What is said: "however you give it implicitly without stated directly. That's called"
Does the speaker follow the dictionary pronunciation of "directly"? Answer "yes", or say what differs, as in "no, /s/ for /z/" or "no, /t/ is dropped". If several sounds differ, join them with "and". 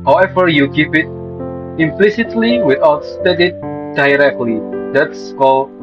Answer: yes